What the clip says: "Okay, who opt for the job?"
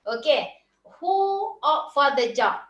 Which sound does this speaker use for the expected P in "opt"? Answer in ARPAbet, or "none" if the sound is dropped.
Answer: none